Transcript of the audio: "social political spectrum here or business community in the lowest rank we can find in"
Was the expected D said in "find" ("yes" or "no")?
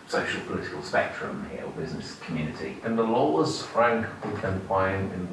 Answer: no